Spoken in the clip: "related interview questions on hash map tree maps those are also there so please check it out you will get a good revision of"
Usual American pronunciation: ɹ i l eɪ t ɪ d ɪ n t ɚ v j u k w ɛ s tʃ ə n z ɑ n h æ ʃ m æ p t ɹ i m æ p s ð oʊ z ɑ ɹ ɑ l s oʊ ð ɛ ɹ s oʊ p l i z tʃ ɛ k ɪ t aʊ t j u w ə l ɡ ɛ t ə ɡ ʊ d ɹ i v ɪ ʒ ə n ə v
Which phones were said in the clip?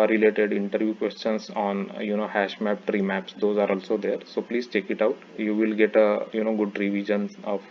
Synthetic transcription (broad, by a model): ɹ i l eɪ t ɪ d ɪ n t ɚ v j u k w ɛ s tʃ ə n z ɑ n h æ ʃ m æ p t ɹ i m æ p s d oʊ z ɑ ɹ ɑ l s oʊ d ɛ ɹ s oʊ p l i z tʃ ɛ k ɪ t aʊ t j u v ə l ɡ ɛ t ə ɡ ʊ d ɹ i v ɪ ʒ ə n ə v